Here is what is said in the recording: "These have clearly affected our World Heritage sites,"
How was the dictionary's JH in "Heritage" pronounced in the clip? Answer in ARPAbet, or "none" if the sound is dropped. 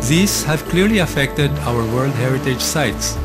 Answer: JH